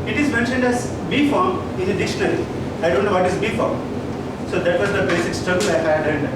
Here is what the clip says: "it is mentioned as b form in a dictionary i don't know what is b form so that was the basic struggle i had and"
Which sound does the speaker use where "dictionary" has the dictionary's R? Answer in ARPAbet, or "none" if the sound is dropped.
L